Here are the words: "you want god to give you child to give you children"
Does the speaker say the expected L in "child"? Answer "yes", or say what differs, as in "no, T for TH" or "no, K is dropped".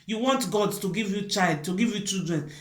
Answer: yes